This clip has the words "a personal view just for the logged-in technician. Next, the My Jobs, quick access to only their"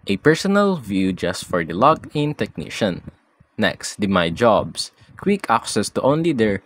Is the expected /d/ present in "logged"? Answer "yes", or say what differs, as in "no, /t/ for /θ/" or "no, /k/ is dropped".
no, /d/ is dropped